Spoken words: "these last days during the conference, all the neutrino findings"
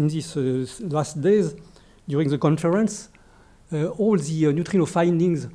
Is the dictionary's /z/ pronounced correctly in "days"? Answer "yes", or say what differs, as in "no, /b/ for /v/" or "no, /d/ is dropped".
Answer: yes